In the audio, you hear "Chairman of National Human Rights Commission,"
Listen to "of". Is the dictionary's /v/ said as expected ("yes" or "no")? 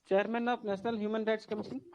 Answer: no